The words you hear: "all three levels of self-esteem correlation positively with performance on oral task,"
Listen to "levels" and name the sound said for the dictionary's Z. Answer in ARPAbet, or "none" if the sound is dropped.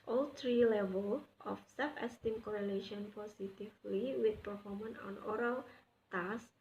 none